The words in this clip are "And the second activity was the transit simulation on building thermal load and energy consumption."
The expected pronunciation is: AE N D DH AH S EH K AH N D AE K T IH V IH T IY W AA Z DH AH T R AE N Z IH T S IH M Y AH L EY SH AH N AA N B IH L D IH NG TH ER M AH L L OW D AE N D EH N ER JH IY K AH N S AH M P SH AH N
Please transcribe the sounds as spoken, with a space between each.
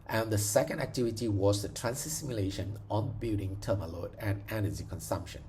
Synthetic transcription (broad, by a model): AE N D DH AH S EH K AH N D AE K T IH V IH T IY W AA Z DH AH T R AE N S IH S IH M Y AH L EY SH AH N AA N B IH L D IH NG T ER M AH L L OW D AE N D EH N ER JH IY K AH N S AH M P SH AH N